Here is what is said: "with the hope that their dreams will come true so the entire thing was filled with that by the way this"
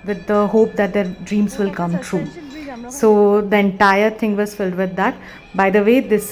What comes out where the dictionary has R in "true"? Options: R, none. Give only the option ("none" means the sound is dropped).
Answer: R